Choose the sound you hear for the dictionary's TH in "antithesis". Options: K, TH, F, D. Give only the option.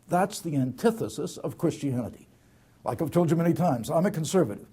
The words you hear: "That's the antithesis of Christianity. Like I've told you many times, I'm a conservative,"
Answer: TH